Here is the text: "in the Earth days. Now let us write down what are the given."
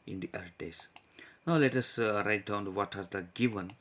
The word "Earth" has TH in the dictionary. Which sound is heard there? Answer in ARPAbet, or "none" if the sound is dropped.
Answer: T